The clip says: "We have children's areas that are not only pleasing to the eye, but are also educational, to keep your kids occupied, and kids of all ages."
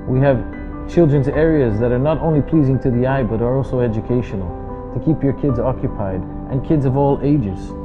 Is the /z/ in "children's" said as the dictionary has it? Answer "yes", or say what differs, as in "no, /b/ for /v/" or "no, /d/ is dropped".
yes